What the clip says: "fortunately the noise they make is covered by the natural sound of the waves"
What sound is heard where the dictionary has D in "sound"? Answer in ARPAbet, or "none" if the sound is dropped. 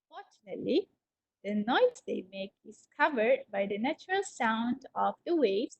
D